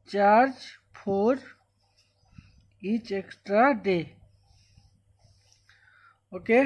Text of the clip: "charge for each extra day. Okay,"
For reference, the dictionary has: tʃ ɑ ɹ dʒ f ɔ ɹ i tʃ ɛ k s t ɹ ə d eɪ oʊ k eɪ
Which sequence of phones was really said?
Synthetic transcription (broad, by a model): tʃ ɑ ɹ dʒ p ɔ ɹ i tʃ ɛ k s t ɹ ə d eɪ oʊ k eɪ